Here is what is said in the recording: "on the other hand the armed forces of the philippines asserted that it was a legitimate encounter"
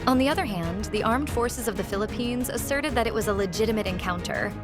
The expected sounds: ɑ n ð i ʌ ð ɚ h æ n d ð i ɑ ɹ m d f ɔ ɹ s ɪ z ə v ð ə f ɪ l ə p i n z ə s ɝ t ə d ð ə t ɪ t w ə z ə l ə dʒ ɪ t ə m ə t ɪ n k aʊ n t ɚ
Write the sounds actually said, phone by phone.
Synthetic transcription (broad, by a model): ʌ n ð i ʌ ð ɚ h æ n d ð i ɑ ɹ m d f ɔ ɹ s ɪ z ə v ð ə f ɪ l ə p i n z ə s ɝ t ə d ð ə t ɪ t w ə z ə l ə dʒ ɪ t ə m ə t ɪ n k aʊ n t ɚ